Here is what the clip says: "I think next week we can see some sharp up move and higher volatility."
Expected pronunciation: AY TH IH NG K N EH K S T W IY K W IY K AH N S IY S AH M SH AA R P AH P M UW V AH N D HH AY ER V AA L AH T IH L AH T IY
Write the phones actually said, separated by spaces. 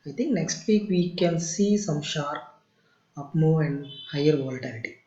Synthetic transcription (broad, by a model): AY T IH NG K N EH K S T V IY K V IY K AH N S IY S AH M SH AA R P AH P M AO AH N D HH AY ER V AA L T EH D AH T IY